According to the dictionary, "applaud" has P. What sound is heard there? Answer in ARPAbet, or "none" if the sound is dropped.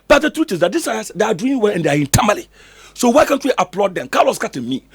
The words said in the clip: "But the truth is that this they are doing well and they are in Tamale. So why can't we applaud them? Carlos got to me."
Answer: P